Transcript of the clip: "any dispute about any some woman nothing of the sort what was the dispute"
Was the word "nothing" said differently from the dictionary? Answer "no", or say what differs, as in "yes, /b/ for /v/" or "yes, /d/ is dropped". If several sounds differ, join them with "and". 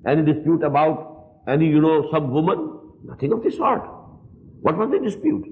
yes, /t/ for /θ/